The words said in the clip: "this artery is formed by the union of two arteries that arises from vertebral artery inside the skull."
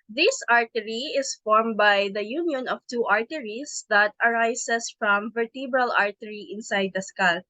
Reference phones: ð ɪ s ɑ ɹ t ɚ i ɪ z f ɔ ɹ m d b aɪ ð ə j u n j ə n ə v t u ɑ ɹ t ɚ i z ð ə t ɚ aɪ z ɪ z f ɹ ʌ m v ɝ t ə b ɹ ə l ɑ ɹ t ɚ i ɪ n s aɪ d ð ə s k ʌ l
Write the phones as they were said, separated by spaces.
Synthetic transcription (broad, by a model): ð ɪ s ɑ ɹ t ɚ i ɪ s f ɔ ɹ m b aɪ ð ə j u n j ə n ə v t u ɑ ɹ t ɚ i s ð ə t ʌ aɪ s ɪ s f ɹ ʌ m v ɝ t ə b ɹ ə l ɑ ɹ t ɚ i ɪ n s aɪ d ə s k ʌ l